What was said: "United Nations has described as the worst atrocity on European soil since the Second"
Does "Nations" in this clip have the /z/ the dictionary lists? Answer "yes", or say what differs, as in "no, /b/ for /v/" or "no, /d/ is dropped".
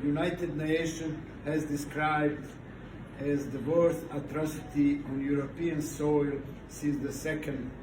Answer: no, /z/ is dropped